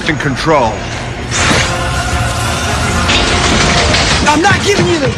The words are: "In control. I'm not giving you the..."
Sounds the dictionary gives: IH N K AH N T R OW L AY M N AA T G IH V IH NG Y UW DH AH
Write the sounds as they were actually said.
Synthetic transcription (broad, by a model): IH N K AH N T R OW L AY M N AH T G IH V IH NG Y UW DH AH